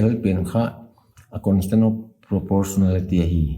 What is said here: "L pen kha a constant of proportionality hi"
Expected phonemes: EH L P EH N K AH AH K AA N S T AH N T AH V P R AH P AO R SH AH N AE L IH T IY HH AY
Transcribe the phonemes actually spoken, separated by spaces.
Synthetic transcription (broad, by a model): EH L P EH N K AH AH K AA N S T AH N AH P R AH P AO R S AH N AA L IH T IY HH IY